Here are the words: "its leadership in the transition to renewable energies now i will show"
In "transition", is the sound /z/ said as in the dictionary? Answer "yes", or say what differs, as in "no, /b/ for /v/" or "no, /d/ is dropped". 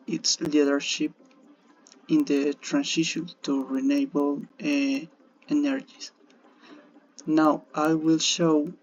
no, /s/ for /z/